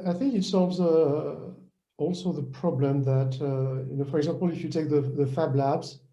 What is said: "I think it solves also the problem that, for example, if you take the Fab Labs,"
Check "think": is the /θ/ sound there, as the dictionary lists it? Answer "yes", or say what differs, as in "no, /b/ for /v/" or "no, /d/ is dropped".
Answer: yes